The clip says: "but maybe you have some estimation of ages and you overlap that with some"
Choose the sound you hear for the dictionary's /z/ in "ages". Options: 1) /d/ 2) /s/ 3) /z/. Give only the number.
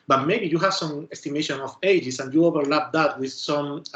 2